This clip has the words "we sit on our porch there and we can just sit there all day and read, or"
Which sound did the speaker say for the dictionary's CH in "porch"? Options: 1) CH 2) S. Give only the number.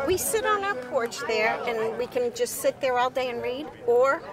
1